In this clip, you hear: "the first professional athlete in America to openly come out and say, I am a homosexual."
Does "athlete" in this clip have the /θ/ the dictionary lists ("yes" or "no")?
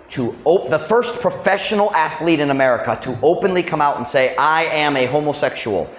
yes